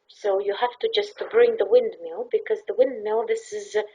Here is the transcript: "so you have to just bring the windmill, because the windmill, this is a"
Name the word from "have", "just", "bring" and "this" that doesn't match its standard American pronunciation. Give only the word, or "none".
have